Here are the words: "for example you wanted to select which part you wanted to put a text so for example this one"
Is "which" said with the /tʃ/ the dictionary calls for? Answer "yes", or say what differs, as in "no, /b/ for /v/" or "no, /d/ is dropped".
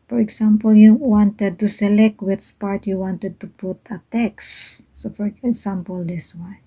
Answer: no, /s/ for /tʃ/